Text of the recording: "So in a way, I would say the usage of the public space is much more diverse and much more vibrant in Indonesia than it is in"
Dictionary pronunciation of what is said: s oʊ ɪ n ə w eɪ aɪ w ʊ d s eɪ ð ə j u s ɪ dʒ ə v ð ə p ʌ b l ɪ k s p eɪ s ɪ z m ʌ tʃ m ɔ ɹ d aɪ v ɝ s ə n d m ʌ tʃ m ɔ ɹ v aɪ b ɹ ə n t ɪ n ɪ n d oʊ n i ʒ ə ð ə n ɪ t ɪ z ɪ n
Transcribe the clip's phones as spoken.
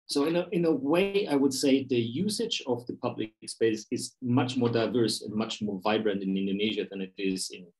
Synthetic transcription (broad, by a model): s oʊ ɪ n ə w eɪ aɪ w ʊ d s eɪ ð ə j u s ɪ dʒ ə v ð ə p ʌ b l ɪ k s p eɪ s ɪ z m ʌ tʃ m ɔ ɹ d aɪ v ɝ s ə n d m ʌ tʃ m ɔ ɹ v aɪ b ɹ ə n t ɪ n ɪ n d oʊ n i ʒ ə ð ə n ɪ t ɪ z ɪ n